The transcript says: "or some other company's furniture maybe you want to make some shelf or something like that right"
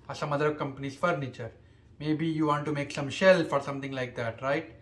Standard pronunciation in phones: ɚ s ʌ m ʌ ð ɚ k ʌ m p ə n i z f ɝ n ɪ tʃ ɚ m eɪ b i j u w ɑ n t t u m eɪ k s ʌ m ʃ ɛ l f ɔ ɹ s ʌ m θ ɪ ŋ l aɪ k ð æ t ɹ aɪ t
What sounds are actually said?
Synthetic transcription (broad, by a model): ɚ s ʌ m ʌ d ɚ k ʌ m p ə n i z f ɝ n ɪ tʃ ɚ m eɪ b i j u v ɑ n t t u m eɪ k s ʌ m ʃ ɛ l f ɔ ɹ s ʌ m t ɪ ŋ l aɪ k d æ t ɹ aɪ t